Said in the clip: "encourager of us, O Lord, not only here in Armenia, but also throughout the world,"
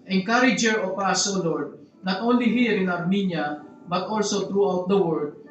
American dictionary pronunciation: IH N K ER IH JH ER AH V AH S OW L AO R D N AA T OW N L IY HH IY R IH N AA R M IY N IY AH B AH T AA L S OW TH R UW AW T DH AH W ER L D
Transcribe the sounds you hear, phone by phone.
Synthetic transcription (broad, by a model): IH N K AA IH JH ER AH P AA S OW L AO R D N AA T OW N L IY HH IY R IH N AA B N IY N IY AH B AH T AA L S OW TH R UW AW T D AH W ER D